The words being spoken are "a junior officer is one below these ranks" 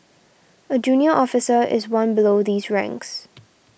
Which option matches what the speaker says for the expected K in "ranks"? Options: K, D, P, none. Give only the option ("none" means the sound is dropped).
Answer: K